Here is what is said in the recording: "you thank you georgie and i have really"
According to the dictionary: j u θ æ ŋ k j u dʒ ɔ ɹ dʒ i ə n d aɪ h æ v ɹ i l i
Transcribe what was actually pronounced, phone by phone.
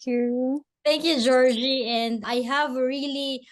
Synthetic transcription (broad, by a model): j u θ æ ŋ k j u dʒ ɔ ɹ dʒ i ə n d aɪ h æ v ɹ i l i